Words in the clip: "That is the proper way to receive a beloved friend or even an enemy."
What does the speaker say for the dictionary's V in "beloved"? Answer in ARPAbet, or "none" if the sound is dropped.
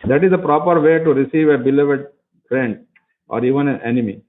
V